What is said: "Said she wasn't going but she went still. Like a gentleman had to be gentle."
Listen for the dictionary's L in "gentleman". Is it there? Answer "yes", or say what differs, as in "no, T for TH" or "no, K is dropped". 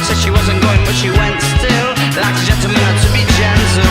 no, L is dropped